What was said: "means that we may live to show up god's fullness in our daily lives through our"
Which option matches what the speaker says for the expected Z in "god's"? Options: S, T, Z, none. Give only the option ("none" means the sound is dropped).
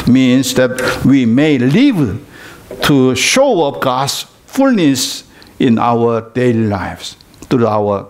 S